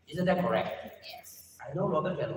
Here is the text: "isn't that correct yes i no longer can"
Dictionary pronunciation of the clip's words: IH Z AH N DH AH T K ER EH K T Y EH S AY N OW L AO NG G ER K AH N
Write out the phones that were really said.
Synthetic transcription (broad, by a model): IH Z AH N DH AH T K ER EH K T Y EH S AY N OW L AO G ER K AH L